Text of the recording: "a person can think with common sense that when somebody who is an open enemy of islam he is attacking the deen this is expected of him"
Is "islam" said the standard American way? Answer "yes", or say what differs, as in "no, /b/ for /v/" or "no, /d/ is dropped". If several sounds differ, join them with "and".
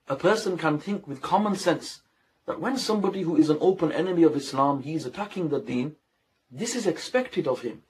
yes